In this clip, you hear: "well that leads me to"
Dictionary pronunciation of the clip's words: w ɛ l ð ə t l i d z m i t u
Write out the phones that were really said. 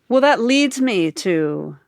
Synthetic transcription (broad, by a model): w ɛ l ð ə t l i d z m i t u